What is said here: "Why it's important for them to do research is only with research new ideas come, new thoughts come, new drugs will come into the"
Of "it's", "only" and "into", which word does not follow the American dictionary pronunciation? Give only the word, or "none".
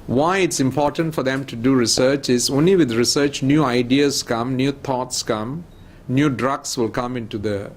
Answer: none